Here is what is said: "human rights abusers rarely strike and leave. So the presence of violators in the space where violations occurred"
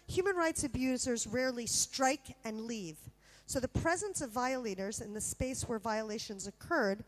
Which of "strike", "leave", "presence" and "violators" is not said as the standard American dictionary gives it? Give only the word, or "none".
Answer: none